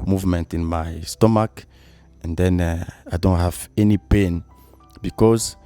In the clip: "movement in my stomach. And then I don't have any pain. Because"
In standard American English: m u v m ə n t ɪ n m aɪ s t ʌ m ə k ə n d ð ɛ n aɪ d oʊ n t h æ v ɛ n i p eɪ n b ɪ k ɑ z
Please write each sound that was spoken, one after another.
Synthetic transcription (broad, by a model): m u v m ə n t ɪ n m aɪ s t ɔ m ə k ə n d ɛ n aɪ d oʊ n t h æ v ɛ n i p eɪ n b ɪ k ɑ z